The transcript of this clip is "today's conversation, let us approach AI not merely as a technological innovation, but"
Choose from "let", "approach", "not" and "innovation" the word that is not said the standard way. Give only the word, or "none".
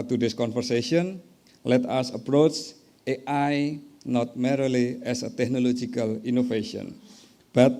innovation